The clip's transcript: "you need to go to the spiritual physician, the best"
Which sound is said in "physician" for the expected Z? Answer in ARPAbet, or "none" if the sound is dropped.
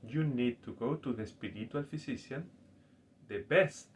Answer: S